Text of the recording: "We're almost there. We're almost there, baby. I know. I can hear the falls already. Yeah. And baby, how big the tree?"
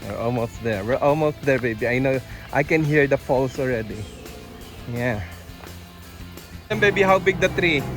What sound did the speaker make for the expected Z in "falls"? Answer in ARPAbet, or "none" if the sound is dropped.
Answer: S